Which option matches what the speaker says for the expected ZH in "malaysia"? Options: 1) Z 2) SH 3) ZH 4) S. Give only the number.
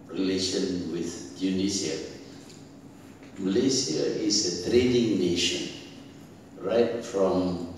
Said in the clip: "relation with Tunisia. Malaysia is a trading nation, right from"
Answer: 4